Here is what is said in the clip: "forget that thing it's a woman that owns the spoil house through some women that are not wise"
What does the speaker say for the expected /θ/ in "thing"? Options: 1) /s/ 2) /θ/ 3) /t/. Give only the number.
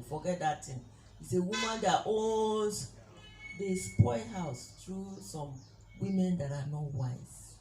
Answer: 3